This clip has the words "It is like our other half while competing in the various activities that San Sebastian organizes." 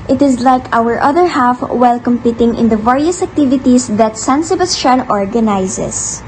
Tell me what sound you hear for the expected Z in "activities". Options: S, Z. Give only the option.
S